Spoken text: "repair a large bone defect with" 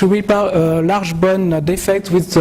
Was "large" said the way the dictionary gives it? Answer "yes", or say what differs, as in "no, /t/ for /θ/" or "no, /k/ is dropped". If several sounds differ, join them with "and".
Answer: no, /ʒ/ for /dʒ/